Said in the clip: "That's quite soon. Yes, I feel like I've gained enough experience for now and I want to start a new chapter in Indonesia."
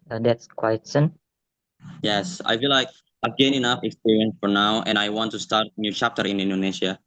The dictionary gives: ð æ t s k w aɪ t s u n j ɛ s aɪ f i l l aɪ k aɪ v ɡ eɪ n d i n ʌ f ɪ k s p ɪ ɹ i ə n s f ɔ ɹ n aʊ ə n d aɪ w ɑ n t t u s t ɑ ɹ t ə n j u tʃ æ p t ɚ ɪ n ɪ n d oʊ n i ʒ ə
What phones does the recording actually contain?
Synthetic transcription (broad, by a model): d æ t s k w aɪ t s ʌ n j ɛ s aɪ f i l l aɪ k aɪ v ɡ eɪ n i n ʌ f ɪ k s p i ɹ i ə n s f ɔ ɹ n aʊ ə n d aɪ w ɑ n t t u s t ɑ ɹ t n j u tʃ æ p t ɚ ɪ n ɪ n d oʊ n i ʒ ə